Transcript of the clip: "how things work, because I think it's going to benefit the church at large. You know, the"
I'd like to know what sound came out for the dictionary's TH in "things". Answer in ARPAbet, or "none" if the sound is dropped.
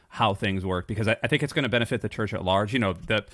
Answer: TH